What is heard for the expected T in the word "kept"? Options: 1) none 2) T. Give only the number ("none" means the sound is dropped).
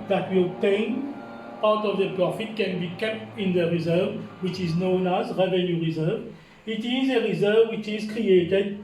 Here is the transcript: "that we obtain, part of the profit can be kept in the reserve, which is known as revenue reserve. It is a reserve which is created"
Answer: 2